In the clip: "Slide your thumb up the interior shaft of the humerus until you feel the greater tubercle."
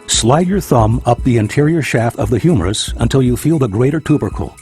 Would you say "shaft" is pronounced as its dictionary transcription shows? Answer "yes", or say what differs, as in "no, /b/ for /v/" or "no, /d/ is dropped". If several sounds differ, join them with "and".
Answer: yes